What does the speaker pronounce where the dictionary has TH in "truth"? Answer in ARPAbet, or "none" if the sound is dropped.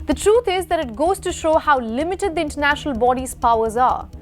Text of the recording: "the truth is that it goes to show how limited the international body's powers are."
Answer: T